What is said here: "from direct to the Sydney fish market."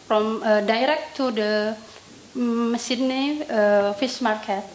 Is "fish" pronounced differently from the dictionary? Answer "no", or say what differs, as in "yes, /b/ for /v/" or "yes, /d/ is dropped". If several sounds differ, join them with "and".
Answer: yes, /s/ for /ʃ/